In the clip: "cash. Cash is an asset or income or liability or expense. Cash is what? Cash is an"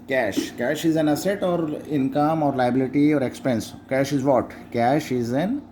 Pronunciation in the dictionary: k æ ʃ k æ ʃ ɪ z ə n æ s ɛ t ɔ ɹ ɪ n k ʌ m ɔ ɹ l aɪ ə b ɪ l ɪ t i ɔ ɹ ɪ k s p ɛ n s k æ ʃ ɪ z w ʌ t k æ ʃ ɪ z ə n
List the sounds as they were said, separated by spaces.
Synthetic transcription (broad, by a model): k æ ʃ k æ ʃ ɪ z ə n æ s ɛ t ɔ ɹ ɪ n k ʌ m ɔ ɹ l aɪ ə b ɪ l ɪ t i ɔ ɹ ɪ k s p ɛ n s k æ ʃ ɪ z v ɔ t k æ ʃ ɪ z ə n